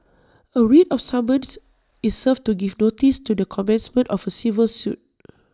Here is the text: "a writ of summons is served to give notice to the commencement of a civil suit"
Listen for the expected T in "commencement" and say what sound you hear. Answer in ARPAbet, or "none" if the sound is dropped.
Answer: T